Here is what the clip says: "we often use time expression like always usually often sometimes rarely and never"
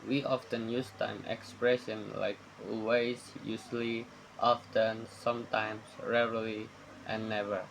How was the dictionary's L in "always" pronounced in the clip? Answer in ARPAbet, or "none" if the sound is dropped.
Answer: none